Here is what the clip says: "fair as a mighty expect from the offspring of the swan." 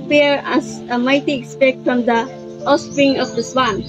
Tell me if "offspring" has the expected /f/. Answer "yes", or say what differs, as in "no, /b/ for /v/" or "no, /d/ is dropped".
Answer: no, /f/ is dropped